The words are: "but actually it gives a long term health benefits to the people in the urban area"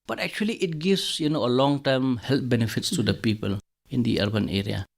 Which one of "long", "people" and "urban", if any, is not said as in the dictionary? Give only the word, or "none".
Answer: none